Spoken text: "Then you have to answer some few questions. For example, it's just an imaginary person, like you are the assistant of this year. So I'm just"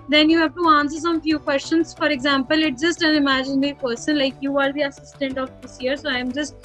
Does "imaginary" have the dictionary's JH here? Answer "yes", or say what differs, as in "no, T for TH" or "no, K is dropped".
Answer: yes